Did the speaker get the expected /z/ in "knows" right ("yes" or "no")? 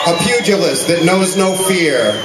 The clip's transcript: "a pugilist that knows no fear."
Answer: yes